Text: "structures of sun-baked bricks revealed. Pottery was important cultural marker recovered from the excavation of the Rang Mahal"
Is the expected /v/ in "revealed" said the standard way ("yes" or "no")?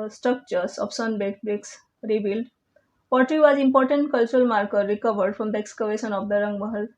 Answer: no